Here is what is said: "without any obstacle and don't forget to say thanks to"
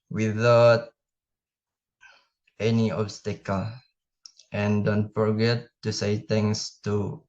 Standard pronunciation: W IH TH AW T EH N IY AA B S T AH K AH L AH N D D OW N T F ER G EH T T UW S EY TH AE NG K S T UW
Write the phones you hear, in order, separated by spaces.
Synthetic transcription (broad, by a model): W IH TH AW T EH N IY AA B S T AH K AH L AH N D D OW N T F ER G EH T T UW S EY T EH NG S T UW